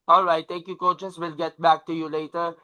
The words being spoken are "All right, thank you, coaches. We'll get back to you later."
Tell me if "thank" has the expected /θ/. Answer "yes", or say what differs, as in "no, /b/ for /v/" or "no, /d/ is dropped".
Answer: no, /t/ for /θ/